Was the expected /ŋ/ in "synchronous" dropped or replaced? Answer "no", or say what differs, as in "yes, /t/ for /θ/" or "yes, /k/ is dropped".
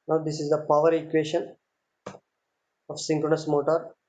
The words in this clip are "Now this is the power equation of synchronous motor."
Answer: no